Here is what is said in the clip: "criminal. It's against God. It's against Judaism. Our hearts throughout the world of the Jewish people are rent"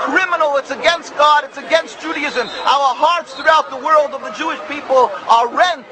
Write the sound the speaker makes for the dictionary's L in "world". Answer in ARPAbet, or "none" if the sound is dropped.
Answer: L